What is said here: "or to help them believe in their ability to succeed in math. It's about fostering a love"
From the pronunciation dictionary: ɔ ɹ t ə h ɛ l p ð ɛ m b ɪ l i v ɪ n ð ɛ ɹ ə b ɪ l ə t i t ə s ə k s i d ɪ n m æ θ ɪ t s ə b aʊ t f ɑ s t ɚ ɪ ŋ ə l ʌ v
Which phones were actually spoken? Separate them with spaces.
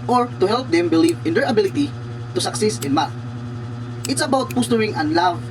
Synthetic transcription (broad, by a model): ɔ ɹ t ə h ɛ l p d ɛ m b ɪ l i v ɪ n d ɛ ɹ ə b ɪ l ə t i t ə s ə k s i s ɪ n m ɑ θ ɪ t s ə b aʊ t p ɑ s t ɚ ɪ ŋ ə l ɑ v